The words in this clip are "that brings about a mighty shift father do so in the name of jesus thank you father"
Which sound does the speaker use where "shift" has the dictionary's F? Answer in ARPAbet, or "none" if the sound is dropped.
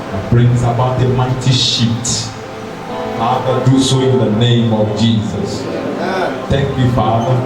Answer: none